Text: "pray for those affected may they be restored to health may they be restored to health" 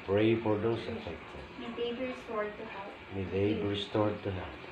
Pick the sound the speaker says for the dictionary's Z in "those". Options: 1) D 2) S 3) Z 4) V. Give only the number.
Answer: 2